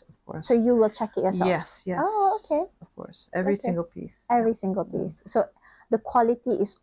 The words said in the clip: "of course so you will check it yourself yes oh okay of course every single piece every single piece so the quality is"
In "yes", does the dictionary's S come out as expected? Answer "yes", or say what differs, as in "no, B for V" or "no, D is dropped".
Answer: no, S is dropped